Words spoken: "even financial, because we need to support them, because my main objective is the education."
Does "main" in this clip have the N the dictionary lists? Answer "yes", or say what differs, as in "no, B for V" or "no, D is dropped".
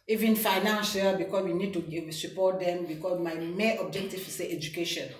no, N is dropped